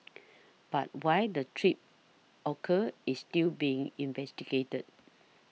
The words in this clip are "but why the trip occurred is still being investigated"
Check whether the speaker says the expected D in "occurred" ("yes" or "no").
no